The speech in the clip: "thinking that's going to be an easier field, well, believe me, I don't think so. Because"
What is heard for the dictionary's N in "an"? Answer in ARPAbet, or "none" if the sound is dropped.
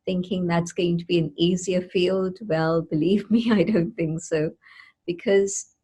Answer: N